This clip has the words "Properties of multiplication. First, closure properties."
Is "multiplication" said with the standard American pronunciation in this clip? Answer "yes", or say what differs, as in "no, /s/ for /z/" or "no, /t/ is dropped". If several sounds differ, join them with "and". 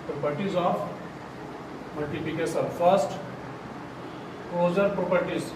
no, /s/ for /ʃ/